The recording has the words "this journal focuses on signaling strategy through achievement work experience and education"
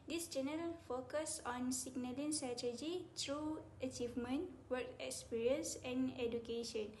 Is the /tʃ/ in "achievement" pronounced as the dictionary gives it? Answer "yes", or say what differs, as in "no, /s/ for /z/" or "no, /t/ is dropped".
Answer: yes